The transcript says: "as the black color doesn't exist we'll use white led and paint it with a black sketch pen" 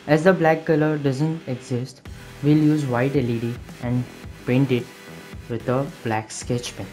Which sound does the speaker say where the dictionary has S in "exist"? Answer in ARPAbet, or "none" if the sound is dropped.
S